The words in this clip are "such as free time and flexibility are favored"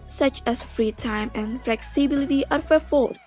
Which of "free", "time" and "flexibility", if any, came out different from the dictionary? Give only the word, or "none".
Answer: none